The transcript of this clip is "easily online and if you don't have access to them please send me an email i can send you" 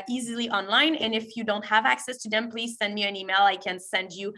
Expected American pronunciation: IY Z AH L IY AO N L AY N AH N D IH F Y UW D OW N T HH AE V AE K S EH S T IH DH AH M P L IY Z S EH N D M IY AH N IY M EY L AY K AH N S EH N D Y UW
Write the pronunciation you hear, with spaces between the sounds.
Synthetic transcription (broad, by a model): IY Z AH L IY AO N L AY N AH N IH F Y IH D OW N T HH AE V AE K S EH S T IH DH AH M P L IY Z S EH N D M IY AH N IY M EY L AY K AH N S EH N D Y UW